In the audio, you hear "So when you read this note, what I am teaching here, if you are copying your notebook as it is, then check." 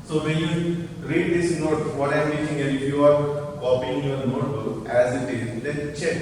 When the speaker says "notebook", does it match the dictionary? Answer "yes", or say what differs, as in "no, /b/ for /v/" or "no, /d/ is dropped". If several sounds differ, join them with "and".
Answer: no, /b/ is dropped